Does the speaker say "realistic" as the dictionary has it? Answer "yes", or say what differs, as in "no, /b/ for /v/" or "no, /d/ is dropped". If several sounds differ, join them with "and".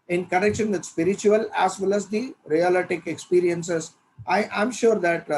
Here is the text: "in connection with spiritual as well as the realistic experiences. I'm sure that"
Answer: no, /s/ is dropped